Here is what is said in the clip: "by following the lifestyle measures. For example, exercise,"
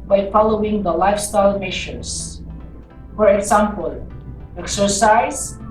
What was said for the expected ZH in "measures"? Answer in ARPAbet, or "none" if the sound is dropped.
SH